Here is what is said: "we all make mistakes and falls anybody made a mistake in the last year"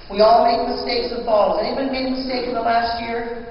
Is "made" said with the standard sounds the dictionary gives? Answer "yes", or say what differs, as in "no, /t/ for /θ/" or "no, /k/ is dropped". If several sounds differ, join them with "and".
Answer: no, /d/ is dropped